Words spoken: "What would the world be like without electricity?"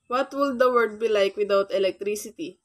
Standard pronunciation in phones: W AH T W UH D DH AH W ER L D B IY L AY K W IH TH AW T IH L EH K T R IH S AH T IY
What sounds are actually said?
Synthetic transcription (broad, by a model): W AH T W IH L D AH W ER D B IY L AY K W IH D AW T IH L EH K T R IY S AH T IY